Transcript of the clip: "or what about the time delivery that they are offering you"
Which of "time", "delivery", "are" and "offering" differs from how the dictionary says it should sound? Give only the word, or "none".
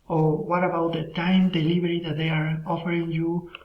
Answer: delivery